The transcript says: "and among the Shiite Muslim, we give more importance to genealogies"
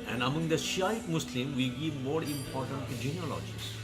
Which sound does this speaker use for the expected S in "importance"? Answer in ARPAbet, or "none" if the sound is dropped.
none